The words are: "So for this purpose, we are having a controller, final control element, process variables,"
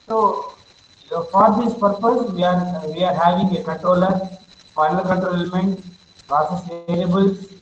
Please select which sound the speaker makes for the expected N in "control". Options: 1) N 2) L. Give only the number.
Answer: 2